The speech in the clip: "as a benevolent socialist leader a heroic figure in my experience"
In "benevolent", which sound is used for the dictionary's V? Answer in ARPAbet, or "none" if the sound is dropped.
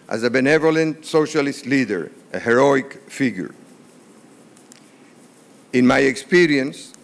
V